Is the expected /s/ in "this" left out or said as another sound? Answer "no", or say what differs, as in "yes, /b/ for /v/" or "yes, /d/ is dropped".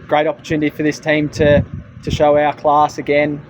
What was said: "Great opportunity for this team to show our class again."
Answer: no